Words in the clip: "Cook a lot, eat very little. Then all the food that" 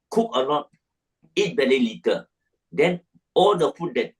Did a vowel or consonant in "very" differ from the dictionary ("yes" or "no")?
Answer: yes